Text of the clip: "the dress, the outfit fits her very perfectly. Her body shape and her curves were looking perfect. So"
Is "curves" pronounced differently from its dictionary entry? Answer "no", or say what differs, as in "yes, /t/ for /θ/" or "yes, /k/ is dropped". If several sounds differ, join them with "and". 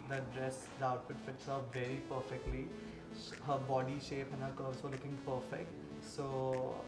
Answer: yes, /v/ is dropped